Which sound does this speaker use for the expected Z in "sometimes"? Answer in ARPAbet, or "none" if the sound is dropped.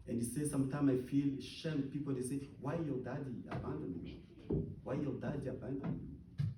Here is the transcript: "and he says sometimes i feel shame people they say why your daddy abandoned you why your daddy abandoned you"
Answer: none